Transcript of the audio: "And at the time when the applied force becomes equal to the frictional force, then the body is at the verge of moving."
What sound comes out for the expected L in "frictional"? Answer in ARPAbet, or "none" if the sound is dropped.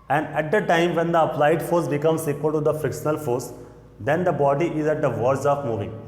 L